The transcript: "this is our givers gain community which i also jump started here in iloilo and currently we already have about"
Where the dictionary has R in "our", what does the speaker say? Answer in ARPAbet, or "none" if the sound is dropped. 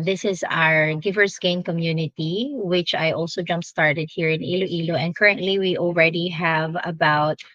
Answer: R